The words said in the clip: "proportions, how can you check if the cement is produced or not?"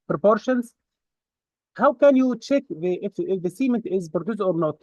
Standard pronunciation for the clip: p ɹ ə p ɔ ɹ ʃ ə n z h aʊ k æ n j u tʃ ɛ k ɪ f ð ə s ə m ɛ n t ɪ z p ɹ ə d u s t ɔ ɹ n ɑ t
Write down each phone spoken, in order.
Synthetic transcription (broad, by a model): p ɹ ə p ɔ ɹ ʃ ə n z h aʊ k æ n j u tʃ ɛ k ɪ f ð ə s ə m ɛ n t ɪ z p ɹ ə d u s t ɔ ɹ n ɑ t